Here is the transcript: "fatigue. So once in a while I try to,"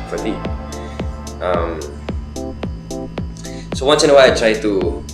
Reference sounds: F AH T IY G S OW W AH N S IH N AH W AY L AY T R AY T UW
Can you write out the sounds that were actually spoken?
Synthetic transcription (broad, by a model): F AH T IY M S OW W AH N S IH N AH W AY AY T R AY T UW